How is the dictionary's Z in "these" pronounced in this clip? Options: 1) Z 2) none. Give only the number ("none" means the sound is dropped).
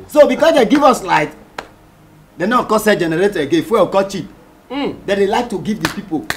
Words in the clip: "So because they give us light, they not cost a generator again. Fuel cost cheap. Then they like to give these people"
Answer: 2